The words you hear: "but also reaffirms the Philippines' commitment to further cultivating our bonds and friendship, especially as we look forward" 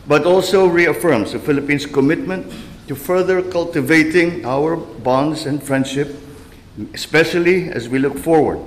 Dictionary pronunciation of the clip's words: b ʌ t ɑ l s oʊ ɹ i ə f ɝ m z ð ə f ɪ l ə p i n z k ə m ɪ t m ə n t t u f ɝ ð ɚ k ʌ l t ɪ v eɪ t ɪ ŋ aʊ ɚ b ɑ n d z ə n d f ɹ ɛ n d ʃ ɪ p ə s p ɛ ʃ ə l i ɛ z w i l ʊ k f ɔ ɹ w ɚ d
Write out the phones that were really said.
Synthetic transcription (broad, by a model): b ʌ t ɑ l s oʊ ɹ i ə f ɝ m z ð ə f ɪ l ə p i n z k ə m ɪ t m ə n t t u f ɝ ð ɚ k ʌ l t ɪ v eɪ t ɪ ŋ aʊ ɚ b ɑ n d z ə n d f ɹ ɛ n d ʃ ɪ p ə s p ɛ ʃ ə l i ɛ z w i l ʊ k f ɔ ɹ w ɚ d